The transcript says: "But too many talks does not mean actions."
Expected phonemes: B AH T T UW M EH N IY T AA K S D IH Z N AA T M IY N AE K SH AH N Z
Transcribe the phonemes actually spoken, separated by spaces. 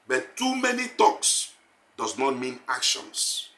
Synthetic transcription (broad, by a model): B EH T T UW M EH N IY T AA K S D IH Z N AA T M IY N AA K SH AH N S